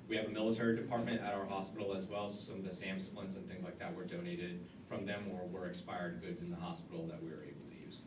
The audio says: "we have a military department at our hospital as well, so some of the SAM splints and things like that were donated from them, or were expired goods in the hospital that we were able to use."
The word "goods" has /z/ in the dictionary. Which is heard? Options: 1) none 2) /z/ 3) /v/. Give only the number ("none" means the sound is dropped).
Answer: 2